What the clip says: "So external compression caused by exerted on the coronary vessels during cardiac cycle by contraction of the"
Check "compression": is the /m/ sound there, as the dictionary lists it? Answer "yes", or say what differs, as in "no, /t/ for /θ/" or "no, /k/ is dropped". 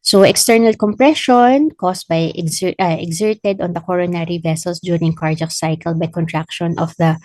yes